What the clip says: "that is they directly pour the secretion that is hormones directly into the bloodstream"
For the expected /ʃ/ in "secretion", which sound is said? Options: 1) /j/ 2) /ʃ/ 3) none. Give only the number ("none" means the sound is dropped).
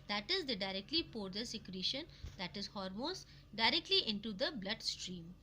2